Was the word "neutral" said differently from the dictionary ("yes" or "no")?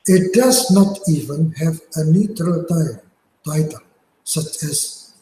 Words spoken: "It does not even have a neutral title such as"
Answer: no